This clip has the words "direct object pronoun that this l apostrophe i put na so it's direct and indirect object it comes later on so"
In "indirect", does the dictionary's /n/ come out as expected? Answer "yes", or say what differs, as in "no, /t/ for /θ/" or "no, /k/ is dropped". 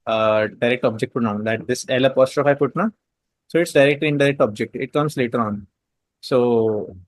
no, /n/ is dropped